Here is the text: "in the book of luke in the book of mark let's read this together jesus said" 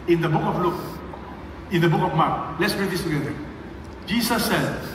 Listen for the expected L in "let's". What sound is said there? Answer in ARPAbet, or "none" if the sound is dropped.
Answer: L